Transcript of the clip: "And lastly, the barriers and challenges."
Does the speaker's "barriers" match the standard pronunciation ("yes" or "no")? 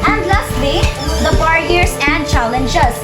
no